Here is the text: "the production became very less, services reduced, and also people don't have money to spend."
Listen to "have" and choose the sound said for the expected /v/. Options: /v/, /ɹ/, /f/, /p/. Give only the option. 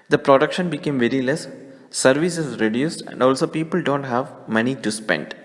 /v/